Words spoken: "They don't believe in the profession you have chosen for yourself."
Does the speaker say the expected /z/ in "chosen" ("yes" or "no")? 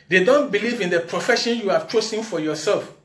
no